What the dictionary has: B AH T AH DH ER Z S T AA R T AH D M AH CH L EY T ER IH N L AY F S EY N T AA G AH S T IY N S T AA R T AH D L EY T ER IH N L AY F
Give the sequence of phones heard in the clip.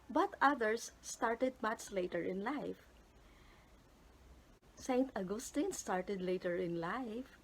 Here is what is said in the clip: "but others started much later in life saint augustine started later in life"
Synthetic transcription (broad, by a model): B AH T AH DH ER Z S T AA R T AH D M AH S L EY T ER IH N L AY F S EY N T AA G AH S T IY N S T AA R T AH D L EY T ER IH N L AY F